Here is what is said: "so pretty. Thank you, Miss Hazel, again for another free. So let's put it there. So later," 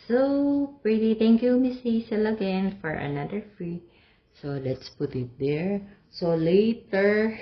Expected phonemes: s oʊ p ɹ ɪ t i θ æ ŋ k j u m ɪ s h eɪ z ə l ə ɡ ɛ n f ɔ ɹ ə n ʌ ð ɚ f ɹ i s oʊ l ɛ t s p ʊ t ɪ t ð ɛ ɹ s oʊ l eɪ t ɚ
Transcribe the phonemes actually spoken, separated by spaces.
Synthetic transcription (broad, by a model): s oʊ p ɹ ɪ t i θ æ ŋ k j u m ɪ s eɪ s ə l ə ɡ ɛ n f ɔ ɹ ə n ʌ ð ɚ f ɹ i s oʊ l ɛ t s p ʊ t ɪ t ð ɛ ɹ s oʊ l eɪ t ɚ